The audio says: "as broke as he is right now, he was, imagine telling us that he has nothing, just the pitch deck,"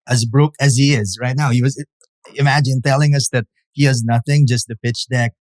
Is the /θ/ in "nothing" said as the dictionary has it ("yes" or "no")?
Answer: yes